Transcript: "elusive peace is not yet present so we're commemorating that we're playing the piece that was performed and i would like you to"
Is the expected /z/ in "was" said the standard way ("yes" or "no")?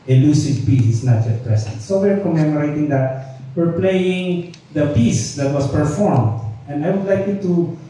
no